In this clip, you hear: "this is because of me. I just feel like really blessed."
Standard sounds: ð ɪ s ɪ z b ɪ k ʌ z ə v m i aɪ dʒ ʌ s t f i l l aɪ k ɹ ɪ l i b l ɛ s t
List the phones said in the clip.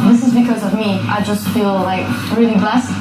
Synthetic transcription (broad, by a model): ð ɪ s ɪ z b ɪ k ʌ z ə v m i aɪ dʒ ʌ s t f i l l aɪ k ɹ ɪ l i b l ɛ s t